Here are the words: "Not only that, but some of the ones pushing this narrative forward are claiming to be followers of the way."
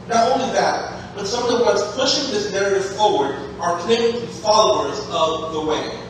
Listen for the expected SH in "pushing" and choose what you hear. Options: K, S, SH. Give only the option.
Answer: SH